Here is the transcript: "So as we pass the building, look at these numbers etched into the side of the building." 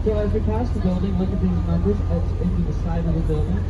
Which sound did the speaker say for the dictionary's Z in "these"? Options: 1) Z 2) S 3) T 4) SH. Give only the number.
1